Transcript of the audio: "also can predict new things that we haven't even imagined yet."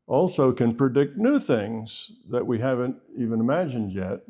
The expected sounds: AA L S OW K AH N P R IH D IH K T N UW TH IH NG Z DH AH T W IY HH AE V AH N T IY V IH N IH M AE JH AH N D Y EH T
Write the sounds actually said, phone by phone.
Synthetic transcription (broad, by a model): AA L S OW K AH N P R IH D IH K T N UW TH IH NG Z DH AH T W IY HH AE V AH N T IY V IH N IH M AE JH AH N D Y EH T